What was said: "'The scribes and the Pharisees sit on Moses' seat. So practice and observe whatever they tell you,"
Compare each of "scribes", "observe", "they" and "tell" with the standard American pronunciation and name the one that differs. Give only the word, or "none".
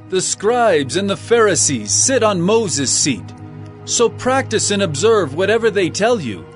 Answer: none